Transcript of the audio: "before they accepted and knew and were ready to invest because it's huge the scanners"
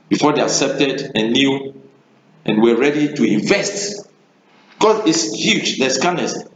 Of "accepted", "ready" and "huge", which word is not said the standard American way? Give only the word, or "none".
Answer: none